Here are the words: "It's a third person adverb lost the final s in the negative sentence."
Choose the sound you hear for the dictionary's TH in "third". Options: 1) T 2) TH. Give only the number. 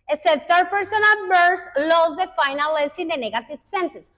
1